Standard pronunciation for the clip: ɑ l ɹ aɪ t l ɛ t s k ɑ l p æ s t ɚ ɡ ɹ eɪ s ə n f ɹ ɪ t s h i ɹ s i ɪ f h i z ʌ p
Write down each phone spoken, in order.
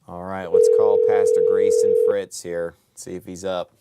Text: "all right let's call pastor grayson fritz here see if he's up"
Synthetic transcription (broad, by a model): ɑ l ɹ aɪ t w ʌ t s k ɑ l p æ s t ɚ ɡ ɹ eɪ s ə n f ɹ ɪ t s h i ɹ s i ɪ f h i z ʌ p